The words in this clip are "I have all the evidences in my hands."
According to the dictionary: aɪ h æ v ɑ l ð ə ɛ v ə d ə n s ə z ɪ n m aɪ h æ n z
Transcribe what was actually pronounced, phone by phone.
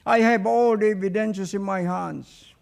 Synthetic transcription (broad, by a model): aɪ h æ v ɑ l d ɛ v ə d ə n ʃ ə s ɪ n m aɪ h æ n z